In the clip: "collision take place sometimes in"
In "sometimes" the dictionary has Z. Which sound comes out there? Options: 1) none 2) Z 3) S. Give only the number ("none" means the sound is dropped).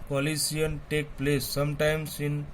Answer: 3